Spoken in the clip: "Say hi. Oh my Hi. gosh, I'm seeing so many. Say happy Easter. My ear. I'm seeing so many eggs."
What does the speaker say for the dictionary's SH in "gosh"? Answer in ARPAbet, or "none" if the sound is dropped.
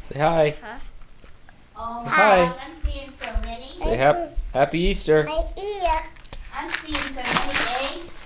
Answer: none